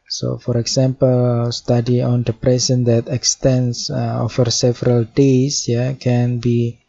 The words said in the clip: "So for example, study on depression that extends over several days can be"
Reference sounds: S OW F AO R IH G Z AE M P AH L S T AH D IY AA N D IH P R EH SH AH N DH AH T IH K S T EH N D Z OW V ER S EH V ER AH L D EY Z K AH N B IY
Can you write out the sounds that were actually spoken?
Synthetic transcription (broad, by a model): S OW F AO R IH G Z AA M P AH L S T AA D IY AA N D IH P R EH S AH N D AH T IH K S T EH N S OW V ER S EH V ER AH L D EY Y K AH N B IY